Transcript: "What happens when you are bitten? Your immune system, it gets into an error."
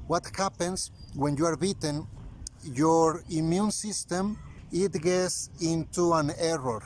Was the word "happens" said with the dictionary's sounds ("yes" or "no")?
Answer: no